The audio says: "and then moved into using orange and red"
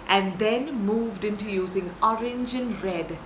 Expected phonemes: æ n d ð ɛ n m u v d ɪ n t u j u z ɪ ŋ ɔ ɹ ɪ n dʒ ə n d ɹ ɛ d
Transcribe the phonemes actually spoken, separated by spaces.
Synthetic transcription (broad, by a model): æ n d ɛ n m u v d ɪ n t u j u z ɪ ŋ ɔ ɹ ɪ n dʒ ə n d ɹ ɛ d